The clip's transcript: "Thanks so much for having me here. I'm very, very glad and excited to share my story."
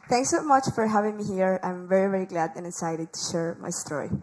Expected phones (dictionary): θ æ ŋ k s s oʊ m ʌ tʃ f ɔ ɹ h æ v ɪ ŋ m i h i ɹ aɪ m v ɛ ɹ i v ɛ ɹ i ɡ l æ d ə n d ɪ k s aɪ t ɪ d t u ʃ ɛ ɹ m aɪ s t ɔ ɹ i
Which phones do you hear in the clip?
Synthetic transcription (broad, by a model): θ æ ŋ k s s oʊ m ʌ tʃ f ɔ ɹ h æ v ɪ ŋ m i h i ɹ aɪ m v ɛ ɹ i v ɛ ɹ i ɡ l æ d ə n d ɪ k s aɪ t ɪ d t u ʃ ɛ ɹ m aɪ s t ɔ ɹ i